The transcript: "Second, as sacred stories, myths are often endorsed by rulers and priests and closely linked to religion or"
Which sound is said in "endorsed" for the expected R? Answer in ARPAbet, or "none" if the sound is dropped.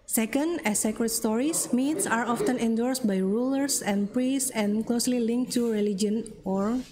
R